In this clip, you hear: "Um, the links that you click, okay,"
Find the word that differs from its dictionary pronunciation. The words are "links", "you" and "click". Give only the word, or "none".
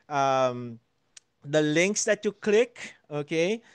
none